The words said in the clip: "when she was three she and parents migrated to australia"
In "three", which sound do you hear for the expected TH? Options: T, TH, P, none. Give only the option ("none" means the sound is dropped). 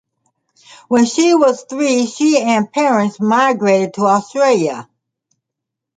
TH